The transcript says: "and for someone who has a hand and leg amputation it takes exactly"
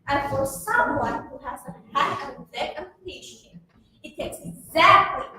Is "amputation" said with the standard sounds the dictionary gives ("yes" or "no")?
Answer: no